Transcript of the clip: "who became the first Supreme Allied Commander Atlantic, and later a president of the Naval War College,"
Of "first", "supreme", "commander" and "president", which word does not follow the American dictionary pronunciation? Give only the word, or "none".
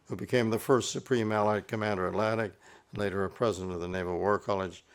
none